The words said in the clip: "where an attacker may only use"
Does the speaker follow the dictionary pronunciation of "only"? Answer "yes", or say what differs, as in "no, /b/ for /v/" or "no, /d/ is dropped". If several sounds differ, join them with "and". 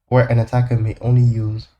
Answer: yes